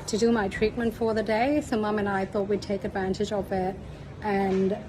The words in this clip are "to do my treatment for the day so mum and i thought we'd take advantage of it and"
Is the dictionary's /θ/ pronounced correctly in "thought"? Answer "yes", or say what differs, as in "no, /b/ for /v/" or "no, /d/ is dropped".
yes